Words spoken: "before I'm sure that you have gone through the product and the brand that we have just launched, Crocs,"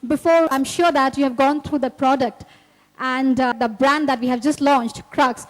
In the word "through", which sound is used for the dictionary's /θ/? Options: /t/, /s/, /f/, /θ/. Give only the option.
/t/